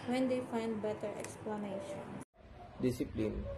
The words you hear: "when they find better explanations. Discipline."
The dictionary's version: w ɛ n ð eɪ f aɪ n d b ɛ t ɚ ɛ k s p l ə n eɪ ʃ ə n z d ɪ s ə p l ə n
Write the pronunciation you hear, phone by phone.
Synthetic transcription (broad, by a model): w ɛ n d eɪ f aɪ n d b ɛ t ɚ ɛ k s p l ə n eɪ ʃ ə n d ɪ s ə p l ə n